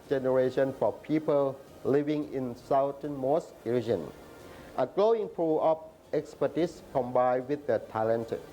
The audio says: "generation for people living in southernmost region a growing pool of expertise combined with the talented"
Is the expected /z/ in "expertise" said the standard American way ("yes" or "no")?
no